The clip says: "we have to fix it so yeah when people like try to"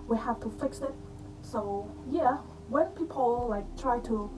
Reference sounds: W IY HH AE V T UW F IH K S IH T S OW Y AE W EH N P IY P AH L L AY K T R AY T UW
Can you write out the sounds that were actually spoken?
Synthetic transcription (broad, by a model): W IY HH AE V T UW F IH K S IH T S OW Y AE W EH N P IY P AH L L AY K T R AY T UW